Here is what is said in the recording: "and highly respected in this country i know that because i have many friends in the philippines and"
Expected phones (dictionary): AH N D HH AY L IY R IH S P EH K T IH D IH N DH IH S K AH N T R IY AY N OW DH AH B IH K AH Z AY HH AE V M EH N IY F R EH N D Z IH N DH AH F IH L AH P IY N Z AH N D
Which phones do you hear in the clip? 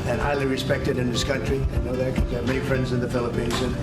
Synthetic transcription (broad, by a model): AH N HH AY L IY R IH S P EH K T IH D IH N DH IH S K AH N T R IY AY N OW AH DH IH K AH M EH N IY F R EH N D Z IH N DH AH F IH L AH P IY N Z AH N